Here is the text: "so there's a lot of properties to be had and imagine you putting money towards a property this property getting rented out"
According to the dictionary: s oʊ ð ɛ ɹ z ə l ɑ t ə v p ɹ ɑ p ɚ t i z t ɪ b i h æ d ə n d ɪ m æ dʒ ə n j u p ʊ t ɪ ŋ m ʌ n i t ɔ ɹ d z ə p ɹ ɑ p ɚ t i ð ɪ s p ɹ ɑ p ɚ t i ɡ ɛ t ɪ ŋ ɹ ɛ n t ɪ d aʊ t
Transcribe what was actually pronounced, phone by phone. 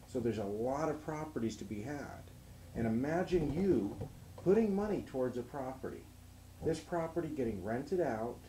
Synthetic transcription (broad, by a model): s oʊ ð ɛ ɹ z ə l ɑ t ə v p ɹ ɑ p ɚ t i z t ɪ b i h æ d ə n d ɪ m æ dʒ ə n j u p ʊ t ɪ ŋ m ʌ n i t ɔ ɹ d z ə p ɹ ɑ p ɚ t i ð ɪ s p ɹ ɑ p ɚ t i ɡ ɛ t ɪ ŋ ɹ ɛ n t ɪ d aʊ t